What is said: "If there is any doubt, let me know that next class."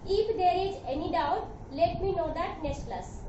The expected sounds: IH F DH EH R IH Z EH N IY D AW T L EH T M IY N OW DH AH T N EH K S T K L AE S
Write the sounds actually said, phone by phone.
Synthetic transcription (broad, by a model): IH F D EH R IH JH EH N IY D AW T L EH T M IY N OW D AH T N EH K S T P L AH S